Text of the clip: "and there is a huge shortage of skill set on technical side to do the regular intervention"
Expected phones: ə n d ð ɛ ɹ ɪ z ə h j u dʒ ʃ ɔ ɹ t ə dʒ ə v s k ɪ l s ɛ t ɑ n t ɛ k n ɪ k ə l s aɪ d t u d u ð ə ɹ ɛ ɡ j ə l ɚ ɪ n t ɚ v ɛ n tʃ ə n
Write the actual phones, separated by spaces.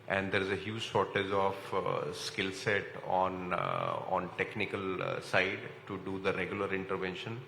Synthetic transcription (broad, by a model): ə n d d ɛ ɹ ɪ z ə h j u dʒ s ɔ ɹ t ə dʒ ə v s k ɪ l s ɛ t ɑ n t ɛ k n ɪ k ə l s aɪ d t u d u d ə ɹ ɛ ɡ j ə l ɚ ɪ n t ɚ v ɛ n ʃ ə n